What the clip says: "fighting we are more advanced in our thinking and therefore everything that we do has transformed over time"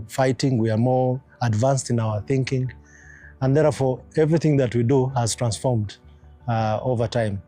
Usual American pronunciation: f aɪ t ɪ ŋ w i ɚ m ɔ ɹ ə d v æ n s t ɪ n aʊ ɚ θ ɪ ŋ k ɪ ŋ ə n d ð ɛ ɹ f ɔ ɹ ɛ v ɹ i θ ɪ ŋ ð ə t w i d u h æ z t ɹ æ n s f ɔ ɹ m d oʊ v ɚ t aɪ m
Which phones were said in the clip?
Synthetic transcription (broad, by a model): f aɪ t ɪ ŋ w i ɚ m ɔ ɹ ə d v æ n s t ɪ n aʊ ɚ θ ɪ ŋ k ɪ ŋ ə n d ð ɛ ɹ f ɔ ɹ ɛ v ɹ i θ ɪ ŋ ð ə t w i d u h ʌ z t ɹ æ n s f ɔ ɹ m d oʊ v ɚ t aɪ m